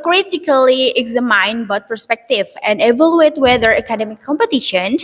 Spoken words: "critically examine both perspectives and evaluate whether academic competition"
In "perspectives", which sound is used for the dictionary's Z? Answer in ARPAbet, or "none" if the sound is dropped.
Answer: none